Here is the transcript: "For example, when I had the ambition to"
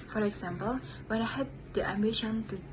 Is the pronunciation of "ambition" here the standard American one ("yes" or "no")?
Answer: yes